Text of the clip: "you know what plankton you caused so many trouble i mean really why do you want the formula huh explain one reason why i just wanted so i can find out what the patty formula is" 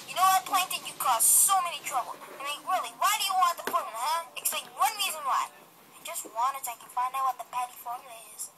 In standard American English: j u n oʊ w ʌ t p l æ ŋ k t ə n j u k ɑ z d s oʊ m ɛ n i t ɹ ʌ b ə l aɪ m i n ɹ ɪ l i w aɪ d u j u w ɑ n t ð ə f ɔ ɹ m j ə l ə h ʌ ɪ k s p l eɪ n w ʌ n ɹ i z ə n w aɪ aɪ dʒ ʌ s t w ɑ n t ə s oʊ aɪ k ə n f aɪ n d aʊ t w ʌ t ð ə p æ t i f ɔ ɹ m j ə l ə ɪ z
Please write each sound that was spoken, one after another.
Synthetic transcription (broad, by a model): j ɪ n oʊ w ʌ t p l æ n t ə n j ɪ k ɑ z s oʊ m ɛ n i t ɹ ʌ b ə l aɪ m i n ɹ ɪ l i w aɪ d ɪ j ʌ w ɑ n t ð ə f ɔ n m h ʌ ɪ k s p eɪ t w ʌ n ɹ i z ə n w aɪ aɪ dʒ ʌ s t w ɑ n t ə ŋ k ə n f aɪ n aʊ w ʌ t ð ə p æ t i f ɔ ɹ m j l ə ɪ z